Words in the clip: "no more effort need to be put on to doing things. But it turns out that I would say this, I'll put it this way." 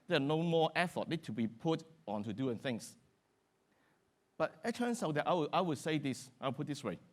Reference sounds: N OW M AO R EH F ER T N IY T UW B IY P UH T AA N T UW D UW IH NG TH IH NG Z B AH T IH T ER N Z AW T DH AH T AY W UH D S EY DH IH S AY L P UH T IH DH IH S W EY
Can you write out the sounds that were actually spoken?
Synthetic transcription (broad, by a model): N OW M AO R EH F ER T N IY T UW B IY P UH T AA N T UW D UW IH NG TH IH NG S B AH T IH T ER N S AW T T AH T AY W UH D S EY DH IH S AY W P UH T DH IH S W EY